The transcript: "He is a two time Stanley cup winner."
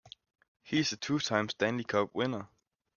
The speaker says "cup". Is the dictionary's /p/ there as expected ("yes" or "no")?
no